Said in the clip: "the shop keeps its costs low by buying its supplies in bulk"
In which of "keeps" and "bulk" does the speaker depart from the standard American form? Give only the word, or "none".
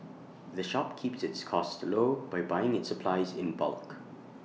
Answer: none